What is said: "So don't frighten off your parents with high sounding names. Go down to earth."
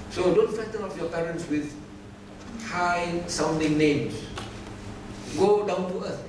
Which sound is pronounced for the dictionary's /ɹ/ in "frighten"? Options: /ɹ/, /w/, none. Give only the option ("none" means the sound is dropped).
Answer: none